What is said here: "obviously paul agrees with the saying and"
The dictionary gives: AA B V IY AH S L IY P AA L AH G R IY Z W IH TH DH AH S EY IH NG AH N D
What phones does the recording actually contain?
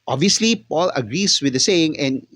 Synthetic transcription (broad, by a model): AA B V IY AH S L IY P AA L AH G R IY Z W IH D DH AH S EY IH NG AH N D